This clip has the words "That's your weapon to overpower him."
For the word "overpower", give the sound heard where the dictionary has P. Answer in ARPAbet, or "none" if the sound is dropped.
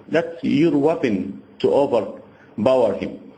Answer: B